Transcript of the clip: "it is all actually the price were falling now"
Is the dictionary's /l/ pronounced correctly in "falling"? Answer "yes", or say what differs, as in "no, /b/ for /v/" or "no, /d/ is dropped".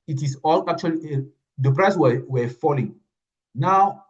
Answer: yes